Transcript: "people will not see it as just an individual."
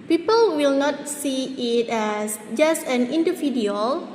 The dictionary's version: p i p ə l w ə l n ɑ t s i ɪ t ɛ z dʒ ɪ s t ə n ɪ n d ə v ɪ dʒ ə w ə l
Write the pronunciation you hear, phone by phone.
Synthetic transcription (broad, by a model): p i p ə l w ə l n ɑ t s i ɪ t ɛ s dʒ ɪ s t ə n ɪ n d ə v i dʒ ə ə l